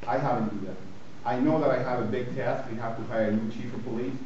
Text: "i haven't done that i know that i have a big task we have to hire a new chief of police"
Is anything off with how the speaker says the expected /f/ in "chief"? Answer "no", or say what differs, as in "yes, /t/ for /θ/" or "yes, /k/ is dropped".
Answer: no